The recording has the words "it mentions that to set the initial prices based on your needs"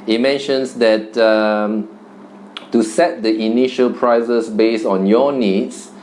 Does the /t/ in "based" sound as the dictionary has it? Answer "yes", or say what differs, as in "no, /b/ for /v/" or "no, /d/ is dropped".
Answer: no, /t/ is dropped